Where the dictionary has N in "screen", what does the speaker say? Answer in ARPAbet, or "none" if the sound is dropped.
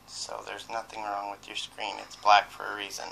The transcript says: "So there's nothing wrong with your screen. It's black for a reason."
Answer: N